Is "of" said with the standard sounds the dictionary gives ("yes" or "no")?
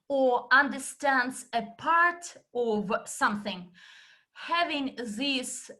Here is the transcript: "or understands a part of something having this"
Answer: yes